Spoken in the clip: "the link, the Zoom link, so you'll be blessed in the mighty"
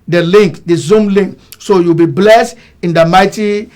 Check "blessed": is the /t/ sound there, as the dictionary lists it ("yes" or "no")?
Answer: yes